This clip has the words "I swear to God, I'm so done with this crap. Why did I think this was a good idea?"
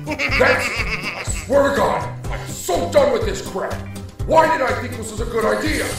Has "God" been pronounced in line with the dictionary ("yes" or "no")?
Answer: no